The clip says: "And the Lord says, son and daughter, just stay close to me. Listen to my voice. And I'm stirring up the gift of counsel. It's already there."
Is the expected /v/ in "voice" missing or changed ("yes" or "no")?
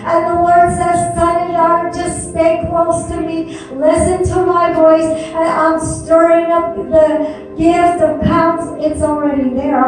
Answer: no